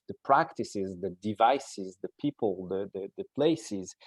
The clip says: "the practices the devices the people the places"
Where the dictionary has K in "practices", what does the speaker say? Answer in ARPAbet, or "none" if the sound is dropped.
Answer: K